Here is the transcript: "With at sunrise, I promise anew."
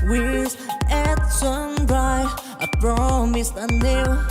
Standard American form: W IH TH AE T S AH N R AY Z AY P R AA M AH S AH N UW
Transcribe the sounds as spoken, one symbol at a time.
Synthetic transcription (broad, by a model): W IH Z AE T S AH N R AY AY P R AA M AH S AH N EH